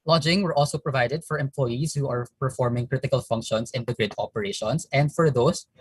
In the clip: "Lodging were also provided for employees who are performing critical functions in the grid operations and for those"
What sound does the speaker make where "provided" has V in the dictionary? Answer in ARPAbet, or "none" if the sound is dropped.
V